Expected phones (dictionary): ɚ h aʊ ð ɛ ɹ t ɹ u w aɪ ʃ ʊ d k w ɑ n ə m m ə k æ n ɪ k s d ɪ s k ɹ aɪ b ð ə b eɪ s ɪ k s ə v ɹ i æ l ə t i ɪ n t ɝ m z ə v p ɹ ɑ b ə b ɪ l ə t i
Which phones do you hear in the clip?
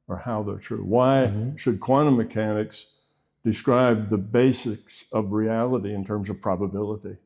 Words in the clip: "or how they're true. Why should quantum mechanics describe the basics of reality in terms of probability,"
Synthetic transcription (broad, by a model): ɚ h aʊ ð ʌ ɹ t ɹ u w aɪ ʃ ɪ d k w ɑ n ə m m ə k æ n ɪ k s d ɪ s k ɹ aɪ b ð ə b eɪ s ɪ k s ə v ɹ i æ l ə t i ɪ n t ɝ m z ə v p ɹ ɑ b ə b ɪ l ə t i